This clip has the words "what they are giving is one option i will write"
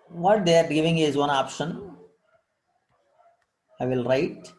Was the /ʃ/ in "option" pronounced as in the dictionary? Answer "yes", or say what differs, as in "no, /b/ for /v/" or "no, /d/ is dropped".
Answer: yes